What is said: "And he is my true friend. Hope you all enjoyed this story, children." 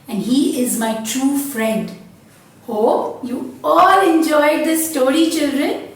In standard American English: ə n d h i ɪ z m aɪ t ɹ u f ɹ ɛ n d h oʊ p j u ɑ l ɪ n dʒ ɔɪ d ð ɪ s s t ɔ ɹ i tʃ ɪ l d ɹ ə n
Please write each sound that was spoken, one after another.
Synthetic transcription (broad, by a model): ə n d h i ɪ z m aɪ t ɹ u f ɹ ɛ n d h oʊ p j u ɑ l ɪ n dʒ ɔɪ d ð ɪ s s t ɔ ɹ i tʃ ɪ l d ɹ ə n